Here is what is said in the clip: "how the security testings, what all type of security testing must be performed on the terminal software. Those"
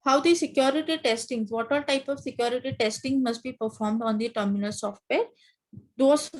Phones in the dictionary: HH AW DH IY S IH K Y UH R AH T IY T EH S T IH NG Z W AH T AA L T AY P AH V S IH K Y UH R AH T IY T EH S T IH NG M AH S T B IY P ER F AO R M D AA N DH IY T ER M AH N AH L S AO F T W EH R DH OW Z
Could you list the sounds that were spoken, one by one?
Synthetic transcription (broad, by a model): HH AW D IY S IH K Y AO R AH T IY T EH S T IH NG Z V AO T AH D T AY P AH V S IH K Y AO R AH T IY T EH S T IH NG M AH S T B IY P ER F AO R M D AA N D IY T ER M AH N AH L S AO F T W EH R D OW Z